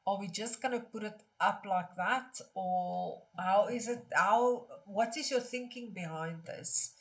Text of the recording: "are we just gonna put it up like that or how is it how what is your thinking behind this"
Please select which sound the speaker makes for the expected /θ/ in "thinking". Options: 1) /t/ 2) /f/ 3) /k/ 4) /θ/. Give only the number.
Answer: 4